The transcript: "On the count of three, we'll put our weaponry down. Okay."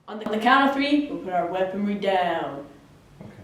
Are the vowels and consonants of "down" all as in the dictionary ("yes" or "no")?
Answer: no